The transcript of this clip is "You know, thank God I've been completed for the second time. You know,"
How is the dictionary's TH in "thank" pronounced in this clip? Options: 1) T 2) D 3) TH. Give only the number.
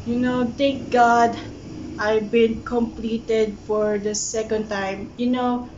1